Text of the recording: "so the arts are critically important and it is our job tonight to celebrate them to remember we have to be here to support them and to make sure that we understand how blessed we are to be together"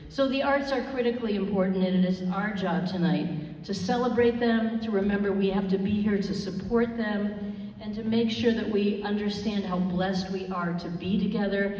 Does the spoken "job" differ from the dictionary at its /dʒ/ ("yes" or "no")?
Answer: no